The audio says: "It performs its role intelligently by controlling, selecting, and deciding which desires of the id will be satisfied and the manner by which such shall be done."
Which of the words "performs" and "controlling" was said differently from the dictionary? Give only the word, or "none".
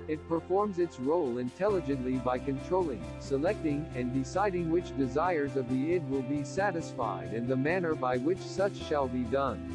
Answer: none